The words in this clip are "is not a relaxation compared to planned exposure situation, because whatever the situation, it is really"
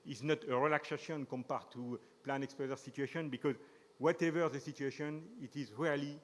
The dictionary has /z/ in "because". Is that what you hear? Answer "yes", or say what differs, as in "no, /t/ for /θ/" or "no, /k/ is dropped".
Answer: yes